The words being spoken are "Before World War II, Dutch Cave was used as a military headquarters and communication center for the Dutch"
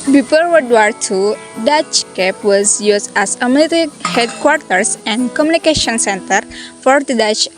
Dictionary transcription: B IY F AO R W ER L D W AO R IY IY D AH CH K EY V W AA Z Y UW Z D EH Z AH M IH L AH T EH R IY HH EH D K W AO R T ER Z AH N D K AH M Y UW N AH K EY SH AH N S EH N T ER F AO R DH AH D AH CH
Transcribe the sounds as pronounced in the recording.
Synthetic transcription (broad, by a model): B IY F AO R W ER D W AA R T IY D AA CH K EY P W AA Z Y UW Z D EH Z AH M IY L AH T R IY HH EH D K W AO R T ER S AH N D K AH M Y UW N AH K EY SH AH N S EH N T ER F AO R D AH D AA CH